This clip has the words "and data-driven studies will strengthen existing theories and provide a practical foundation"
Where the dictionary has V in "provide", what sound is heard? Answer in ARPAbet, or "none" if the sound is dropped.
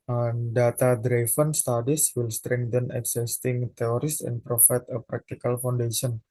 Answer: F